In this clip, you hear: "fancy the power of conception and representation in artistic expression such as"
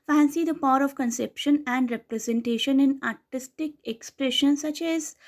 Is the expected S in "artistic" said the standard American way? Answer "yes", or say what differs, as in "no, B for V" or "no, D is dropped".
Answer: yes